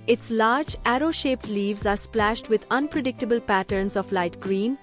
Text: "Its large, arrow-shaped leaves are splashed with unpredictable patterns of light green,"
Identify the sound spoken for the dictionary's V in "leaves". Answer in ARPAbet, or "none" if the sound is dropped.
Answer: V